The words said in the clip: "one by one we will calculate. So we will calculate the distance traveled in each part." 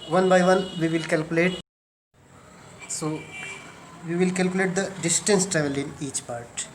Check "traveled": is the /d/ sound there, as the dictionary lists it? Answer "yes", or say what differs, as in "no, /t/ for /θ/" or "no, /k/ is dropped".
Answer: no, /d/ is dropped